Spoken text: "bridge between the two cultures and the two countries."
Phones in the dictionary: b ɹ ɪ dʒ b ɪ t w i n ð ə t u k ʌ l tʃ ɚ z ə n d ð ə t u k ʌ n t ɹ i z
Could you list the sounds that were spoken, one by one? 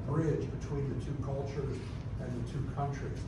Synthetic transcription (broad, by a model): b ɹ ɪ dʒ b ɪ t w i n ð ə t u k ʌ l tʃ ɚ z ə n ð ə t u k ʌ n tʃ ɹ i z